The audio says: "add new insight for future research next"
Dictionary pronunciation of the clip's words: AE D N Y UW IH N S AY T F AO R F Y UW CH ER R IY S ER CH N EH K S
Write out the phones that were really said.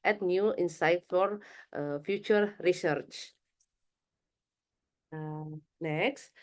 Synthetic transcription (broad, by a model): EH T N Y UW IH N S AY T F AO R F Y UW CH ER R IY S ER CH N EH K S